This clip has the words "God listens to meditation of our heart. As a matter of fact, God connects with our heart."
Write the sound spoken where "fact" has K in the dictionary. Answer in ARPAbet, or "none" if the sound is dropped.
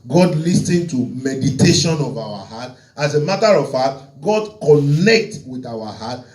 none